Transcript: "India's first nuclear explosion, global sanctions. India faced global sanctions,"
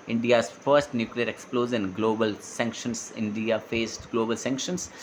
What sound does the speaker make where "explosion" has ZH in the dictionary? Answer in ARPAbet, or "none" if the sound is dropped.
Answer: Z